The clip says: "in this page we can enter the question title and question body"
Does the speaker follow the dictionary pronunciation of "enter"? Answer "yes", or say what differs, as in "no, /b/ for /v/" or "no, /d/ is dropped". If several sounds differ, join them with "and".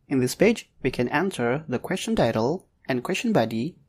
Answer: no, /s/ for /t/